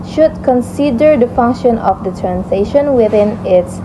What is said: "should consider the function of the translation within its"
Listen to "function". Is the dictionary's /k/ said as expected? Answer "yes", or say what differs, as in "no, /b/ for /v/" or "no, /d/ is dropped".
yes